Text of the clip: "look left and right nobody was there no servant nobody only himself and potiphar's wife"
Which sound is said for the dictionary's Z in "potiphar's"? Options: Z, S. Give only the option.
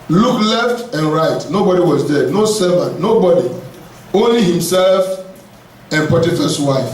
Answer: S